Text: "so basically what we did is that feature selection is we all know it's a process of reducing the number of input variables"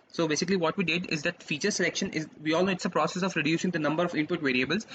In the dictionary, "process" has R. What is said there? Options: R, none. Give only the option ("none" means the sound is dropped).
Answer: R